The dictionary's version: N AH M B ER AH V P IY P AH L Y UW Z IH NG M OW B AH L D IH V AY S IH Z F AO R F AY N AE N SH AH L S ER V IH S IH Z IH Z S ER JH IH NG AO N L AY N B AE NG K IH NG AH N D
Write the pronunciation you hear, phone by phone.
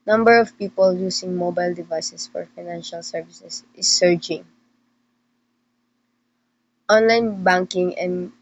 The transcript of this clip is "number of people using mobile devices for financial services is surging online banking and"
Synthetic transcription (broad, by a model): N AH M B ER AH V P IY P AH L Y UW S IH NG M OW B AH L D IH V AY S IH S F AO R F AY N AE N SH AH L S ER V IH S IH S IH S ER JH IH NG AO N L AY N B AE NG K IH NG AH N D